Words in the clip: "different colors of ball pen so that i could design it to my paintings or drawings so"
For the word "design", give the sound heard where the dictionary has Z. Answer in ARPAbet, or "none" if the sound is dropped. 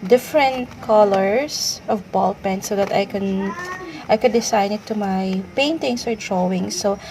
S